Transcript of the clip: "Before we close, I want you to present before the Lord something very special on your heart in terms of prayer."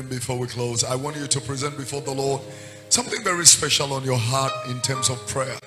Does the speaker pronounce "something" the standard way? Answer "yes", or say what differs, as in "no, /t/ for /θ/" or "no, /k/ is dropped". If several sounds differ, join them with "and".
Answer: yes